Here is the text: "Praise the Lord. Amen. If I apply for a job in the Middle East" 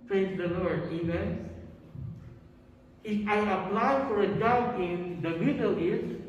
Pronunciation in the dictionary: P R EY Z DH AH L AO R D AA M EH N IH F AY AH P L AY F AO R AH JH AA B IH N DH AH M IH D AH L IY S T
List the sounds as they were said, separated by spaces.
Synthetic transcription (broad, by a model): P R EY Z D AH L AO R D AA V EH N IH F AY AH P L AY F AO R AH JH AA IH N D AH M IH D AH L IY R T